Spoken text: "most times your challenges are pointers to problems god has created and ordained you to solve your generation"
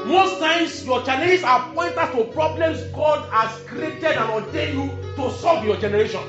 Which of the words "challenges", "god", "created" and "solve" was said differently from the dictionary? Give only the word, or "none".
challenges